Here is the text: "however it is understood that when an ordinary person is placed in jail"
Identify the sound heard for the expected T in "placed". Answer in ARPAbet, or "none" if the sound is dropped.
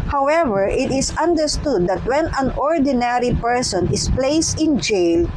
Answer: T